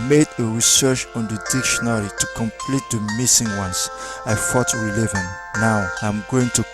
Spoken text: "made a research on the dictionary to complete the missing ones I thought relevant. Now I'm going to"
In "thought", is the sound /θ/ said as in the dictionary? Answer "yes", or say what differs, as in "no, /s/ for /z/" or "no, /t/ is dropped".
no, /f/ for /θ/